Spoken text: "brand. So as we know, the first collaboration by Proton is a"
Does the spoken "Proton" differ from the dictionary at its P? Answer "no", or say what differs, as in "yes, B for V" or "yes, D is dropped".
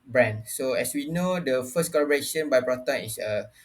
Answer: yes, B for P